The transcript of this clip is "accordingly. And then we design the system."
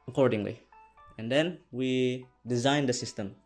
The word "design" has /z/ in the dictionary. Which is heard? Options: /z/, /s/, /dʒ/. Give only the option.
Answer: /z/